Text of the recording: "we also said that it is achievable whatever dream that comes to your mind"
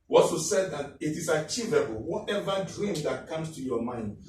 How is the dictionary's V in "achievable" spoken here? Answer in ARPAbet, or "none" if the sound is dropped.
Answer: V